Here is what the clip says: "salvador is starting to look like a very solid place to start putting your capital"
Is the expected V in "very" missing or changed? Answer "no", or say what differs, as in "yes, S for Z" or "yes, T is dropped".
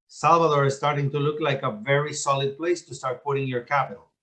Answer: no